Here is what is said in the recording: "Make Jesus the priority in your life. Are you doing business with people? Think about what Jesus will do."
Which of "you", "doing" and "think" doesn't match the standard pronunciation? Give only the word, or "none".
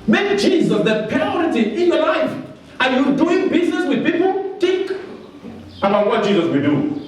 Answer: think